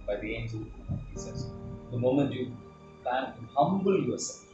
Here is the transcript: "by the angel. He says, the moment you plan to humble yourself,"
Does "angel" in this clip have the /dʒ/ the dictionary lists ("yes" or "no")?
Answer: no